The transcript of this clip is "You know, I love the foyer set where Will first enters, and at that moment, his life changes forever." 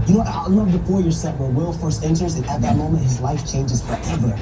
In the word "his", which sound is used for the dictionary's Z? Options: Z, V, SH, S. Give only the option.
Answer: Z